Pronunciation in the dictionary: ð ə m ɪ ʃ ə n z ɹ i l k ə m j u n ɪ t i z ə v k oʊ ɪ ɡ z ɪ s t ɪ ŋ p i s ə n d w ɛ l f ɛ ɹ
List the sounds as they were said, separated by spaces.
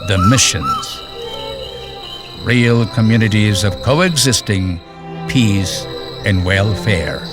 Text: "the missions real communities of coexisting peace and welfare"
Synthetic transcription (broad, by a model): ð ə m ɪ ʃ ə n z ɹ i l k ə m j u n ɪ t i z ə v k oʊ ɪ ɡ z ɪ s t ɪ ŋ p i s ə n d w ɛ l f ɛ ɹ